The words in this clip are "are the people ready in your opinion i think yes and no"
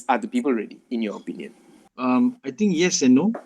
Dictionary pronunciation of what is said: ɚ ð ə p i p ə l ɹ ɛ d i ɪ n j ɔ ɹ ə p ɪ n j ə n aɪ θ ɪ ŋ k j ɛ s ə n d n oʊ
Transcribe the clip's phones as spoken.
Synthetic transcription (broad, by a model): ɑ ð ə p i p ə l ɹ ɛ d i ɪ n j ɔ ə p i n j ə n aɪ t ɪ ŋ k j ɛ s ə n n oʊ